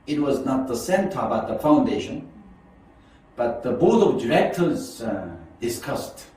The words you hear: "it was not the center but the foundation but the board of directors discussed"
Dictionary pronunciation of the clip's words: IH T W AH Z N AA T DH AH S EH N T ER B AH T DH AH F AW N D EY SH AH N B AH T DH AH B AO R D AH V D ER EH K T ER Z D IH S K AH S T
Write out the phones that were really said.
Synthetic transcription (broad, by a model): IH T W AH Z N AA T DH AH S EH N T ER B AH T DH AH F AW N D EY SH AH N B AH T DH AH B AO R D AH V D ER EH K T ER Z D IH S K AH S T